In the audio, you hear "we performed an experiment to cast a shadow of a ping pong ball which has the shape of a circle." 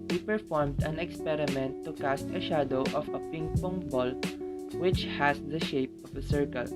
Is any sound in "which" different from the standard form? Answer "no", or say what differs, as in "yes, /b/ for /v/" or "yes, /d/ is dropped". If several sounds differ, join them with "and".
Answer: no